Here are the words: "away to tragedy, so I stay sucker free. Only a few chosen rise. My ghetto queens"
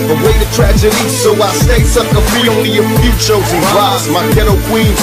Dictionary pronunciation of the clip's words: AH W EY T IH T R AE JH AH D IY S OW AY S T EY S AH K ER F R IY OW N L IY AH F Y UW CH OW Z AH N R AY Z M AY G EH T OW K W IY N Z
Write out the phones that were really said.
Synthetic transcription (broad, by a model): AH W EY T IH T R AE JH AH D IY S OW AY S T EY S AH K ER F IY OW N L IY AH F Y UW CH OW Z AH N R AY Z M AY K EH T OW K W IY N